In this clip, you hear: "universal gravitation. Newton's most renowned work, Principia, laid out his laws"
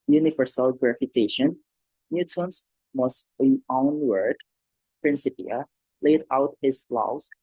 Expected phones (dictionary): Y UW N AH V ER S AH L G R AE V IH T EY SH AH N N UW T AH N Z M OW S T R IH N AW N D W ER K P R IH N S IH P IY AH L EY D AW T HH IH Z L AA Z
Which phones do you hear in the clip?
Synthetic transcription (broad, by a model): Y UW N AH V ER S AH L G R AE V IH T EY SH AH N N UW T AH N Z M OW S T L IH AW N W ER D P R IH N S IH P IY AH L EY D AW T HH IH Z L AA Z